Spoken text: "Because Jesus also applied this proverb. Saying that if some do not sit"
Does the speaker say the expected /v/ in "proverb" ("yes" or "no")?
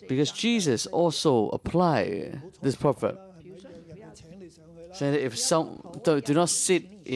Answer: no